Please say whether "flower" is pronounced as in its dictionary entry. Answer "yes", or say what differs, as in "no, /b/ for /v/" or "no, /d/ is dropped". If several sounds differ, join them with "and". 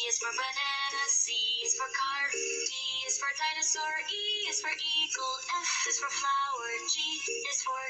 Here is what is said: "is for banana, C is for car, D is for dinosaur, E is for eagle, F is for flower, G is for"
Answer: no, /l/ is dropped